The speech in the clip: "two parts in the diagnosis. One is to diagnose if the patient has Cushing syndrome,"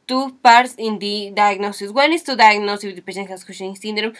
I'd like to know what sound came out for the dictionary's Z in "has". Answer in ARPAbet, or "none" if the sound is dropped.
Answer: S